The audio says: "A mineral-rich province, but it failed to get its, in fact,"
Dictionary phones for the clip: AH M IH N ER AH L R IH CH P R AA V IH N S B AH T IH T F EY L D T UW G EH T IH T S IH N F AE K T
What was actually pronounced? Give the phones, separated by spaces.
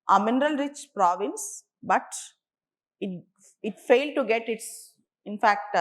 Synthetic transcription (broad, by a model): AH M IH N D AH L R IH CH P R AA V IH N S B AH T IH T F EY L D T UW G EH T IH T S IH N F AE K T